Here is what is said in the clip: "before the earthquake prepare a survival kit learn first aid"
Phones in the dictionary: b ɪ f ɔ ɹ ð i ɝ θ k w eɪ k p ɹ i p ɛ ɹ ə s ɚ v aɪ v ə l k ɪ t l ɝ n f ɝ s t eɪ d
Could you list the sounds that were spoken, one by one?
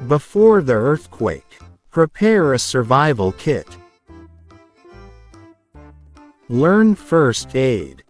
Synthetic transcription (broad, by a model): b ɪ f ɔ ɹ ð i ɝ θ k w eɪ k p ɹ i p ɛ ɹ ə s ɚ v aɪ v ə l k ɪ t l ɝ n f ɝ s t eɪ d